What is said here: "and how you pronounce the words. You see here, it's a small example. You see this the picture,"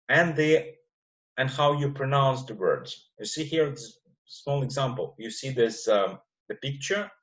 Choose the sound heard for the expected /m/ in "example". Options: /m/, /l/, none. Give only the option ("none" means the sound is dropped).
/m/